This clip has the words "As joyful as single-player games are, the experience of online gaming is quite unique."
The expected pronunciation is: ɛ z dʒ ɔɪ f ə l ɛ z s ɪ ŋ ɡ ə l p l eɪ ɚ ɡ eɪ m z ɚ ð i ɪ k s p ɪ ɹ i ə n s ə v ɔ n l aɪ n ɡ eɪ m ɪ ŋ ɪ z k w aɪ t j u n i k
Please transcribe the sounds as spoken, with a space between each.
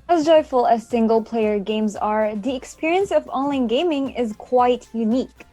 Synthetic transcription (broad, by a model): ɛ z dʒ ɔɪ f ə l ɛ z s ɪ ŋ ɡ ə l p l eɪ ɚ ɡ eɪ m z ɚ ð i ɪ k s p ɪ ɹ i ə n s ə v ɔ n l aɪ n ɡ eɪ m ɪ ŋ ɪ z k w aɪ t j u n i k